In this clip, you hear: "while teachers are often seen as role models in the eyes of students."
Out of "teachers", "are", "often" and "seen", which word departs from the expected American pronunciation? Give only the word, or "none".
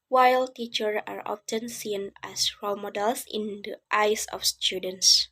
teachers